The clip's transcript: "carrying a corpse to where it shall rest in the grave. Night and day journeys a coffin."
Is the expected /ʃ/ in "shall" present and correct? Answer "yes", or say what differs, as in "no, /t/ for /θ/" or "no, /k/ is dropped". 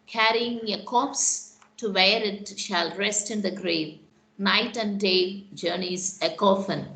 yes